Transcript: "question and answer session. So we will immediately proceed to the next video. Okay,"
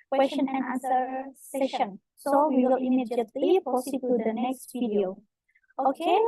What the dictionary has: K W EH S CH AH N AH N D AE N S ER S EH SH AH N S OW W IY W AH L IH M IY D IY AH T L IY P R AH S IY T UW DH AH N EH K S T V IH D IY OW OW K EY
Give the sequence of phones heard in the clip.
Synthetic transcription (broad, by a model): K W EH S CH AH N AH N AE N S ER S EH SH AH N S OW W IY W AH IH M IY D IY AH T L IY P AH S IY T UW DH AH N EH K S T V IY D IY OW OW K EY